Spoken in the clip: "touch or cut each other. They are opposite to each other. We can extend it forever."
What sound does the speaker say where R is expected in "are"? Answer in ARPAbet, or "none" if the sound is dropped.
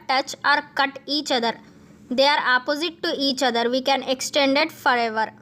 R